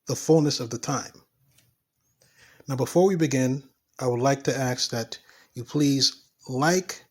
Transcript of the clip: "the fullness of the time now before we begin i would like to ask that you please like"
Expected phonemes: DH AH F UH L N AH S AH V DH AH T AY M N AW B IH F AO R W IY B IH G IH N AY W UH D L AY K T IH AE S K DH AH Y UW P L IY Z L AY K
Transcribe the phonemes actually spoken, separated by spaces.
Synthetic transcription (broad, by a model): DH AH F UH L N AH S AH V DH AH T AY M N AW B IH F AO R W IY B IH G IH N AY W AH D L AY K T IH AE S DH AH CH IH P L IY Z L AY K